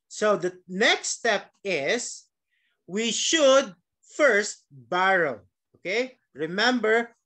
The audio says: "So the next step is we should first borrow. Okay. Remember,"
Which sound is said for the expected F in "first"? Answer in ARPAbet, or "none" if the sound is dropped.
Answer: F